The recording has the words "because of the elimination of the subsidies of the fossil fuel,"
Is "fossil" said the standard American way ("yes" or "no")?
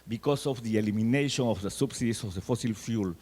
yes